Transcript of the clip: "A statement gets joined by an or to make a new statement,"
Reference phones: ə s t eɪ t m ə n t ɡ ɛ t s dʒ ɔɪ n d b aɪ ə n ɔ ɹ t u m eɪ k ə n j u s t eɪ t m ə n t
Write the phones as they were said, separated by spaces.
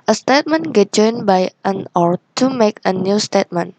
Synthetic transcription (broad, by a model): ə s t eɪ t m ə n ɡ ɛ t dʒ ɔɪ n b aɪ ə n ɔ ɹ t u m eɪ k ə n j u s t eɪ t m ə n